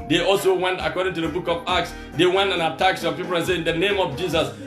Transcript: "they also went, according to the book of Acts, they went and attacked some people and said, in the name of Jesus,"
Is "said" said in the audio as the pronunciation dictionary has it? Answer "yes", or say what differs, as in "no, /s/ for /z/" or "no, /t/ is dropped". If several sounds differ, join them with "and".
no, /d/ is dropped